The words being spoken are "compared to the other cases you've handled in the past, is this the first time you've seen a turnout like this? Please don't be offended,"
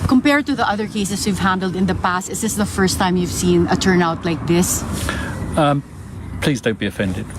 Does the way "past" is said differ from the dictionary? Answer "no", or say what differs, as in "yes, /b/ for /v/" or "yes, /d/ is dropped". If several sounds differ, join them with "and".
no